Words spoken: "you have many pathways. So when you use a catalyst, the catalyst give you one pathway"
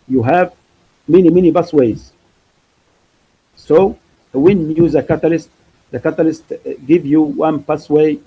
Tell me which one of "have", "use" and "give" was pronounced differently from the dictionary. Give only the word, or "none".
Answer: none